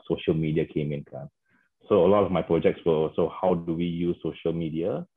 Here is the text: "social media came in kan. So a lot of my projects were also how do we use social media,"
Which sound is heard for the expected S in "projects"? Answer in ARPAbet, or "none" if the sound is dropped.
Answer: S